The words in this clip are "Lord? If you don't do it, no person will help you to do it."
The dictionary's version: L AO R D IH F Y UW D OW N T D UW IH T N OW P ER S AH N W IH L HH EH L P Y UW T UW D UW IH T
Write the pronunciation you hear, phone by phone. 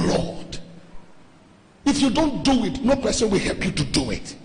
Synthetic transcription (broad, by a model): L AO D IH F Y UW D OW N T D UW IH T N OW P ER S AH N W IH L HH EH L P Y UW T UW D UW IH T